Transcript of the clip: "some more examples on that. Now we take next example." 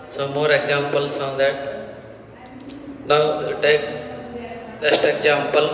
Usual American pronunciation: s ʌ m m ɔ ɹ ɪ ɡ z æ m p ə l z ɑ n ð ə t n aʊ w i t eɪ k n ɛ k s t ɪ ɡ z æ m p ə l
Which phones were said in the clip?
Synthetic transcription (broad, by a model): s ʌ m m ɔ ɹ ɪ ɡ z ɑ m p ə l s ɑ n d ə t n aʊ t eɪ k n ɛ s t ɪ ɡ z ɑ m p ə l